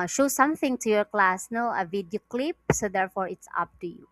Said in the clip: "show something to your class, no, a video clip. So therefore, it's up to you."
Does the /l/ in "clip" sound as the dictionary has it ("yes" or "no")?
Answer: yes